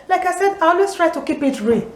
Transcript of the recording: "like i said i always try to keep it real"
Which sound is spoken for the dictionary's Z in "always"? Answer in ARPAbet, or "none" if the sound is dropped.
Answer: S